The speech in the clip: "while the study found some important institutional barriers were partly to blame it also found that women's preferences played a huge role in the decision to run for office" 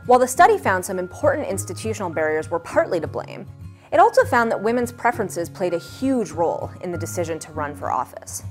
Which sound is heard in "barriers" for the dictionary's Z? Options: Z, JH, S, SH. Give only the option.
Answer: Z